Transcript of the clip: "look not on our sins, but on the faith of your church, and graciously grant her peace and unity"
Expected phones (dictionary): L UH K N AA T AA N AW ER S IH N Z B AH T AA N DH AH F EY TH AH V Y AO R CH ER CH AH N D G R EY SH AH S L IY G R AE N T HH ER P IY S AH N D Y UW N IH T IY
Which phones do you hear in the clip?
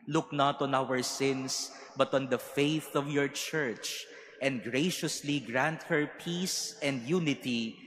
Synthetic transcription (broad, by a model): L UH K N AA T AA N AW ER S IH N S B AH T AA N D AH F EY TH AH V Y AO R CH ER CH AH N D G R EY SH AH S L IY G R AE N T HH ER P IY S AH N D Y UW N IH T IY